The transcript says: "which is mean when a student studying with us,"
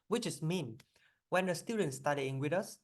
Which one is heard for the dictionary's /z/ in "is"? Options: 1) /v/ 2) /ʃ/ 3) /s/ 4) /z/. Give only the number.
3